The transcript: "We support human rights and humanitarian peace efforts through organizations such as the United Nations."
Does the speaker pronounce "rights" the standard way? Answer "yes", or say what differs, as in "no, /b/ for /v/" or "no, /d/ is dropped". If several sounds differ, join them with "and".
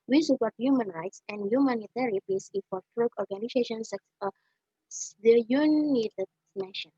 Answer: yes